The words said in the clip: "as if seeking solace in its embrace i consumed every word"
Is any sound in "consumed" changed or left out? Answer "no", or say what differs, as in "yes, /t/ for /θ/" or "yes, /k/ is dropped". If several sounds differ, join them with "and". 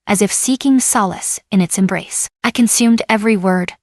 no